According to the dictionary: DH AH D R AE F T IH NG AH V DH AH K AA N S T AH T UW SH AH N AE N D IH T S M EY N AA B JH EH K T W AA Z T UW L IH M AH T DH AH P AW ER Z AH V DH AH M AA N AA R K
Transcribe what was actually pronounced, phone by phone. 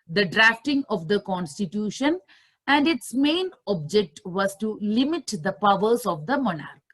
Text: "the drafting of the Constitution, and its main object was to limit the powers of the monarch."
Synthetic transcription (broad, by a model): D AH D R AE F T IH NG AH V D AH K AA N S T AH T UW SH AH N AE N D IH T S M EY N AA B JH EH K T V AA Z T UW L IH M AH T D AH P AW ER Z AH V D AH M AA N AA R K